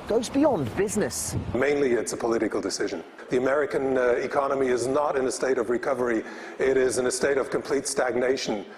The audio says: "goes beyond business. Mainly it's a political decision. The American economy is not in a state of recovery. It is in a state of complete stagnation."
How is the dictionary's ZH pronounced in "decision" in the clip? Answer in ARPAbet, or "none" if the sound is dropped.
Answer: ZH